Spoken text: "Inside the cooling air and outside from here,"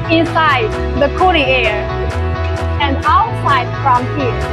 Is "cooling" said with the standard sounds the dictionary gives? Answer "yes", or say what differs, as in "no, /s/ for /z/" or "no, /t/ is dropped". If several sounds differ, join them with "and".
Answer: no, /n/ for /l/